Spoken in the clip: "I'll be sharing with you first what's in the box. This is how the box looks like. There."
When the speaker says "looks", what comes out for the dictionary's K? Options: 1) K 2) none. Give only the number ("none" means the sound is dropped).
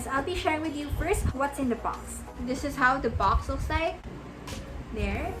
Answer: 2